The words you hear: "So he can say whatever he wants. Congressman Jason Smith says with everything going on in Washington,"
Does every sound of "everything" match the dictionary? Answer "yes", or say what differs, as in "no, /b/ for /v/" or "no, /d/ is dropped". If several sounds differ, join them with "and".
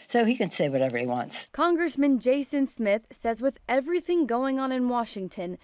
yes